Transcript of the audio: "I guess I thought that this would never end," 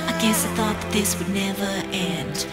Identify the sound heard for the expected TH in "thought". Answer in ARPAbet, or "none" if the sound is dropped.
TH